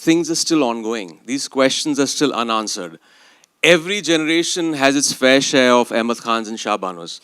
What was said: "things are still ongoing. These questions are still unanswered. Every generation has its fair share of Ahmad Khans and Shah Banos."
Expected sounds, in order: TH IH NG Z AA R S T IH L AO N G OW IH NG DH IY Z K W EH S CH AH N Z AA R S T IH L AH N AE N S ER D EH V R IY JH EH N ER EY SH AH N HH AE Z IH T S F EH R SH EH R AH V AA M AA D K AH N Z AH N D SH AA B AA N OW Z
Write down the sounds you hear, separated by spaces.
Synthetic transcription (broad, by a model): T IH NG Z AA R S T IH L AO N G OW IH NG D IY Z K W EH S CH AH N Z AA R S T IH L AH N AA N S ER D EH V R IY JH EH N ER EY SH AH N HH AE Z IH T S F EH R SH EH R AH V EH M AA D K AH N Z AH N SH AA B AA N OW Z